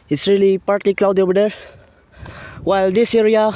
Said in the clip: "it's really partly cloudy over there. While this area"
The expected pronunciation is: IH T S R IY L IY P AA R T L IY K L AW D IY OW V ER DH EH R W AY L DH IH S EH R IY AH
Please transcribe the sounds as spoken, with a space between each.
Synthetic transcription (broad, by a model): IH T S R IY L IY P AA R T L IY K L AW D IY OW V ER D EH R W AY L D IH S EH R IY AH